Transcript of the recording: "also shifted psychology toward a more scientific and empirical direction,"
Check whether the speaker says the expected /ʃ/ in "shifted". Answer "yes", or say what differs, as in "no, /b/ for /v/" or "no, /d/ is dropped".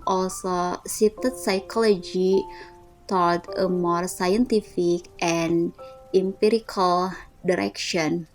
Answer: no, /s/ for /ʃ/